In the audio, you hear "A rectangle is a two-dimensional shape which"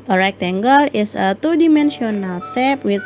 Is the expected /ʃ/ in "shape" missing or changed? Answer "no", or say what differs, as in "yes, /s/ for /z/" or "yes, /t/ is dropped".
yes, /s/ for /ʃ/